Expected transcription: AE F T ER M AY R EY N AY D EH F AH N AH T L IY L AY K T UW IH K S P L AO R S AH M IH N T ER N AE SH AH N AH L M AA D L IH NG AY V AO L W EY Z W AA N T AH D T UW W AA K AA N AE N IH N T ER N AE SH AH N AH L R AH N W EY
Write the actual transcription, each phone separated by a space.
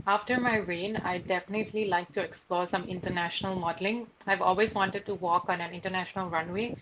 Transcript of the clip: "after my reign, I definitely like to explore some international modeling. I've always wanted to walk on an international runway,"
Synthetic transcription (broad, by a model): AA F T ER M AY R EY N AY D EH F AH N AH T L IY L AY K T UW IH K S P L AO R S AH M IH N T ER N AE SH AH N AH L M AA D L IH NG AY V AO L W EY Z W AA N T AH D T UW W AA K AA N AE N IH N T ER N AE SH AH N AH L R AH N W EY